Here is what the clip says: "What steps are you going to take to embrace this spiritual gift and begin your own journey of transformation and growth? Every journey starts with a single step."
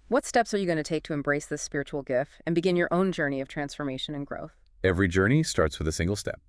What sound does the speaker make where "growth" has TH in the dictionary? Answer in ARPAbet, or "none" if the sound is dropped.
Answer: TH